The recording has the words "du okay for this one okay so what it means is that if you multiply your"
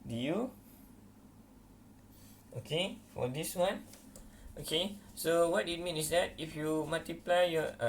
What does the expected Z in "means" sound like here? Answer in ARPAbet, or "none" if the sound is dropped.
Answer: none